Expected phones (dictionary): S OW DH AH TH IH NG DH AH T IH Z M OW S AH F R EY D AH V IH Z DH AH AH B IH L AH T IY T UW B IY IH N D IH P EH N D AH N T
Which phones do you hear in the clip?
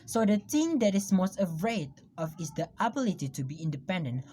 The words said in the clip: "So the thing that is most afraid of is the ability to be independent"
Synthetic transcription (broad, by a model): S OW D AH T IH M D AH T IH S M OW S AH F R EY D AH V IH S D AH AH B IH L AH T IY T UW B IY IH N D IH P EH N D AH N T